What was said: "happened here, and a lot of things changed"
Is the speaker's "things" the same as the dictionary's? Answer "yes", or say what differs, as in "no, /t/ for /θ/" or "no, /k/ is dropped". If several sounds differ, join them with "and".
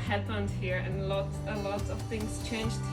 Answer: yes